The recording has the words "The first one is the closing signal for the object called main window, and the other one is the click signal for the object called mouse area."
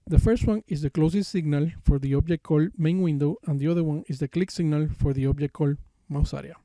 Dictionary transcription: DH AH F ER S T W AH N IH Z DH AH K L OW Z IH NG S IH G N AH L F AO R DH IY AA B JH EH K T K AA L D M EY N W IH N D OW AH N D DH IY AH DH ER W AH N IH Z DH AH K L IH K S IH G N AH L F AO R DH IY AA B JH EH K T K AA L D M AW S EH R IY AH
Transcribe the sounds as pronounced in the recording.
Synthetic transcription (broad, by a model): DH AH F ER S T W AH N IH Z DH AH K L OW S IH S S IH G N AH L F AO R DH IY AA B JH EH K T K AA L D M EY N W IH N D OW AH N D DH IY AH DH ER W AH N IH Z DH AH K L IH K S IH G N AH L F AO R DH IY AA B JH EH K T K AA L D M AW S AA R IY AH